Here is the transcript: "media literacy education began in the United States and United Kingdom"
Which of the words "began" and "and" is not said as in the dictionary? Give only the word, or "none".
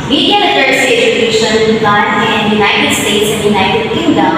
began